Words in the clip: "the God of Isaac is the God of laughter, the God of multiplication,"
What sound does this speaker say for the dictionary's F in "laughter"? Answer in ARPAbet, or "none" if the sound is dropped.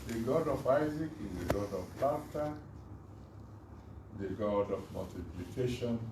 none